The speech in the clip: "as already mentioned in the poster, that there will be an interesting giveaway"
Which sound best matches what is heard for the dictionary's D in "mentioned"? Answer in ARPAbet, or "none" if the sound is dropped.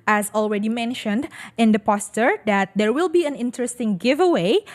D